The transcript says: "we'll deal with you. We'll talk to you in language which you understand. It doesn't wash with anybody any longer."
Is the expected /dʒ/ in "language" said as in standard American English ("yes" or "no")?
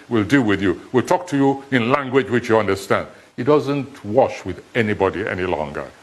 yes